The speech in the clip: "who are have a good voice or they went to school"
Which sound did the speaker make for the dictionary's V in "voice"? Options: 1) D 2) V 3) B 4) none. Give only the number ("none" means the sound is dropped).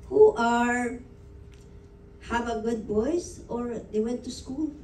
3